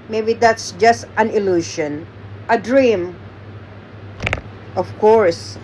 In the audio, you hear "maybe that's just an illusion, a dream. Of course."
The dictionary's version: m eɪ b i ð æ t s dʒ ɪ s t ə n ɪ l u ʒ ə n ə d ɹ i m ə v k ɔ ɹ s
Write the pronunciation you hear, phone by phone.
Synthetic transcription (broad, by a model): m eɪ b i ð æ t s dʒ ɪ s t ə n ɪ l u ʃ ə n ə d ɹ i m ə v k ɔ ɹ s